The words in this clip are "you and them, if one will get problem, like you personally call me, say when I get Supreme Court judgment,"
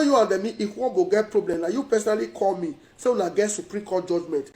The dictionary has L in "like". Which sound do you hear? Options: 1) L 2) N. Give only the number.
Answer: 2